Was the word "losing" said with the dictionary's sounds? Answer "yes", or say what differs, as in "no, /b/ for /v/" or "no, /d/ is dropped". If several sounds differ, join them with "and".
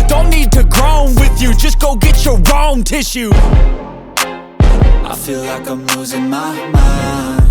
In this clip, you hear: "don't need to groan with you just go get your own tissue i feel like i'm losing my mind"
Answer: no, /w/ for /l/